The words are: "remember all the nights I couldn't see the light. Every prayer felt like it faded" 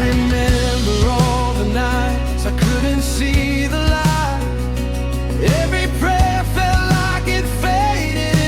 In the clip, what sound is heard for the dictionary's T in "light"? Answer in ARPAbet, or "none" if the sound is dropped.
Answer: none